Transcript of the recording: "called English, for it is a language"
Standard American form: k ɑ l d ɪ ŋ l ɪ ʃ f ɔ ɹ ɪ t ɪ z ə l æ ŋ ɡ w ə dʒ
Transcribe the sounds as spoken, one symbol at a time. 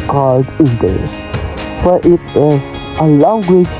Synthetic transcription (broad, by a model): k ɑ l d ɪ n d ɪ s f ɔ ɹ ɪ t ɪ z ə l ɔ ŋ ɡ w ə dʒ